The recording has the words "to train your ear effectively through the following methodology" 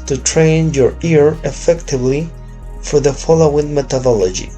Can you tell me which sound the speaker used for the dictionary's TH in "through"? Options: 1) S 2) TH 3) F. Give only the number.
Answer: 3